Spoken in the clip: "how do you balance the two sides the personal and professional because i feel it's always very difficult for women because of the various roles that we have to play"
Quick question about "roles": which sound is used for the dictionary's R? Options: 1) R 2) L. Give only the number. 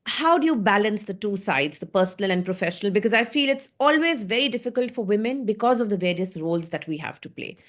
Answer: 1